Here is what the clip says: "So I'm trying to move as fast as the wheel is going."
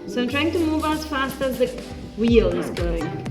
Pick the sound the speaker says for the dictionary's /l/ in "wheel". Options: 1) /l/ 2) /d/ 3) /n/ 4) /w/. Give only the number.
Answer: 1